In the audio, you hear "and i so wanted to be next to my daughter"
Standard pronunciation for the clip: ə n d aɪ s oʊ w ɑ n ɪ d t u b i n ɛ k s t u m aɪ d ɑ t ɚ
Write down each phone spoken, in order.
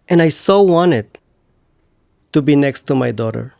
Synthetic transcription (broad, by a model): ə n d aɪ s oʊ w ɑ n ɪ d t u b i n ɛ k s t u m aɪ d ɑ t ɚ